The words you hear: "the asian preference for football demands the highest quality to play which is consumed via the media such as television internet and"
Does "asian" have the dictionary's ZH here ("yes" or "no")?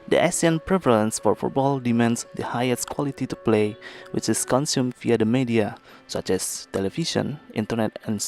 no